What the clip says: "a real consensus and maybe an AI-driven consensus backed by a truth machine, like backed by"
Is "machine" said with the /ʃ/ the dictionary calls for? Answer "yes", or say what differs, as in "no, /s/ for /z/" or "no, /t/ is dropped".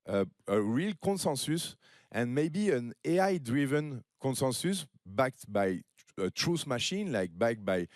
yes